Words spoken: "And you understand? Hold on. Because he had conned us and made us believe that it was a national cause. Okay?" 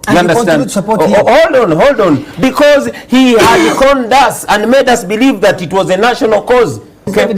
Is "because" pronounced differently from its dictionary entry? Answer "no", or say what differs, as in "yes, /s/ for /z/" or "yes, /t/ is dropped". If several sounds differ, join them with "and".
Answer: no